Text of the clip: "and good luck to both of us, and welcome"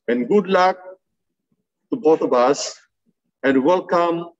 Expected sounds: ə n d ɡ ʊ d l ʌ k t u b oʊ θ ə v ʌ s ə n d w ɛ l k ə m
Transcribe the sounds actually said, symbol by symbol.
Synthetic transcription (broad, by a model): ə n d ɡ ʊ d l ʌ k t u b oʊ t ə b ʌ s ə n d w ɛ l k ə m